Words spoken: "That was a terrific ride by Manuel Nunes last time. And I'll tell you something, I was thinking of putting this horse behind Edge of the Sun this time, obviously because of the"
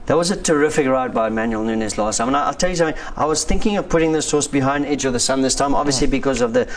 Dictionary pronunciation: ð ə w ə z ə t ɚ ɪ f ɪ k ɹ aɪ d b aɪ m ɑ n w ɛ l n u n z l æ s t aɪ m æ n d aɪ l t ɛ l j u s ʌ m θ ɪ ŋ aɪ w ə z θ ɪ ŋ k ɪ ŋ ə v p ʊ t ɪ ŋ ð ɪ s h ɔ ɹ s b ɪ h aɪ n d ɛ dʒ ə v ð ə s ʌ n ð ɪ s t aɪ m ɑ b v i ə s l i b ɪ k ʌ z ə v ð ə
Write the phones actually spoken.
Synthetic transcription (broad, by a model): ð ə w ə z ə t ɚ ɪ f ɪ k ɹ aɪ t b aɪ m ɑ n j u l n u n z l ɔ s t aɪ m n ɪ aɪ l t ɛ l j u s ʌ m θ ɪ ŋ aɪ w ə z θ ɪ ŋ k ɪ ŋ ə v p ʊ t ɪ ŋ ð ɪ s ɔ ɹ s b ɪ h aɪ n d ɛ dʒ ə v ð ə s ʌ n ð ɪ s t aɪ m ɑ b v i ə s l i b ɪ k ʌ z ə v ð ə